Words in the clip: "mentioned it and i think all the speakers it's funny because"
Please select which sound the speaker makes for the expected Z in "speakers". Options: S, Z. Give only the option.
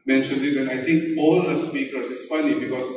S